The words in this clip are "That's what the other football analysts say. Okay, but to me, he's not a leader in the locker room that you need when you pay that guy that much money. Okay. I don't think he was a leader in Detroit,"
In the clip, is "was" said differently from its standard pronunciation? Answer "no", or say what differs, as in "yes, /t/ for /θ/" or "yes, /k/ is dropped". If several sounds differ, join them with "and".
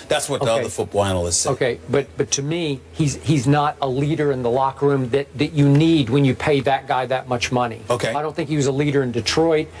no